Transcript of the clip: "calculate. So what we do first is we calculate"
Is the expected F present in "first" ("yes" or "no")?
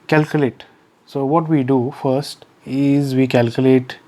yes